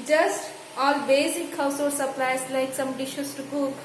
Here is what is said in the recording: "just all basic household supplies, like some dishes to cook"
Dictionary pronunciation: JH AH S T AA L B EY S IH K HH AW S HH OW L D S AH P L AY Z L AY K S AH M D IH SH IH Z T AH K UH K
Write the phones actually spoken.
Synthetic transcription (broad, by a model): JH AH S T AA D B EY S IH K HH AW S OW D S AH P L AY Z L AY K S AH M D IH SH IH S T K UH